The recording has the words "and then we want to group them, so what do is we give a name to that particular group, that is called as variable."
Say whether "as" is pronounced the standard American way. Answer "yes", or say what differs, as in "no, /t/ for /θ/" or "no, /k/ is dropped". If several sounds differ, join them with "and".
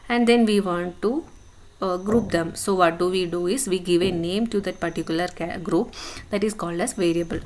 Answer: no, /s/ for /z/